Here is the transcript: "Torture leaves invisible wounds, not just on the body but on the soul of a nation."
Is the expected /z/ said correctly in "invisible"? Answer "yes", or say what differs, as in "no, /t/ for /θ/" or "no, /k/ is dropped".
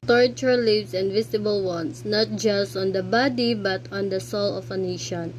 no, /s/ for /z/